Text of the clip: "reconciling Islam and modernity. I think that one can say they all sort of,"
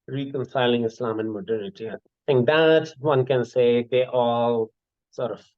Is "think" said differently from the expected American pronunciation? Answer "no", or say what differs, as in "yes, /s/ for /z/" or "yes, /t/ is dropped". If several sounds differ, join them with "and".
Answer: yes, /t/ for /θ/